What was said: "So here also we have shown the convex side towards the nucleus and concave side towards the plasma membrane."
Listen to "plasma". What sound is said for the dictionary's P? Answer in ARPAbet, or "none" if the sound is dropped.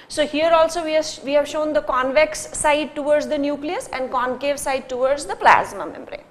P